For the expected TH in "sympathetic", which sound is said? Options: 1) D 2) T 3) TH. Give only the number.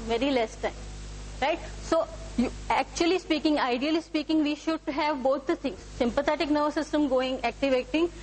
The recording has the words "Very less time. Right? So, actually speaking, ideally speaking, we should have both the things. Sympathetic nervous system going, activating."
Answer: 2